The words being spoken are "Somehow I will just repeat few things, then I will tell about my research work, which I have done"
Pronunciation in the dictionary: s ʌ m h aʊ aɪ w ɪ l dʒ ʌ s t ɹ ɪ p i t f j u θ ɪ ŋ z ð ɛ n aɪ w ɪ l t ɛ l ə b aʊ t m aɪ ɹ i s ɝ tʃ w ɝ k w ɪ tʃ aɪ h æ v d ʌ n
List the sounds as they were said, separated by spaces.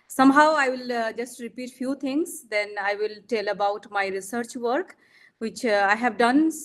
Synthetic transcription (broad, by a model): s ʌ m h aʊ aɪ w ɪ l dʒ ʌ s t ɹ ɪ p i t f j u t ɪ ŋ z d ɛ n aɪ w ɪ l t ɛ l ə b aʊ t m aɪ ɹ i s ɝ tʃ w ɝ k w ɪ tʃ aɪ h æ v d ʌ n